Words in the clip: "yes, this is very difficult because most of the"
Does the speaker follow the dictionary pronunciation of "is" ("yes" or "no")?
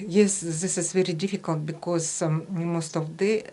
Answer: no